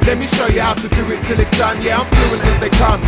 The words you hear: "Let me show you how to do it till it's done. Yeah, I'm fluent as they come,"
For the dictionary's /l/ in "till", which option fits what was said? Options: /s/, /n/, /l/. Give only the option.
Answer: /l/